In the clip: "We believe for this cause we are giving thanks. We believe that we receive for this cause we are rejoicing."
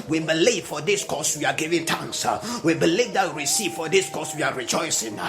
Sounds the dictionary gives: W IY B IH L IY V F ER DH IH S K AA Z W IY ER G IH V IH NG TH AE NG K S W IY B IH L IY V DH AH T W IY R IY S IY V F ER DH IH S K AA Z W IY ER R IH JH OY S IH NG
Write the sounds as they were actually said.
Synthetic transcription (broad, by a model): W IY B IH L IY V F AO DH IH S K AA S W IY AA G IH V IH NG T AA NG K S W IY B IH L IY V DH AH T W IY R IY S IY V F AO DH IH S K AA S W IY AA R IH JH OY S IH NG